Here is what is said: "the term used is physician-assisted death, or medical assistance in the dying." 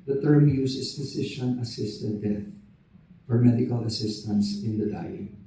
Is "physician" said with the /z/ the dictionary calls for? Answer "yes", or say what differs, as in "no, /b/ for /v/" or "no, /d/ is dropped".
no, /s/ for /z/